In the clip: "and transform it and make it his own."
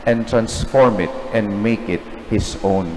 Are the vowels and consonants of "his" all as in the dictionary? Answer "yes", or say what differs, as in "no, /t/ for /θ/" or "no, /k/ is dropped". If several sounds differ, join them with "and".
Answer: no, /s/ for /z/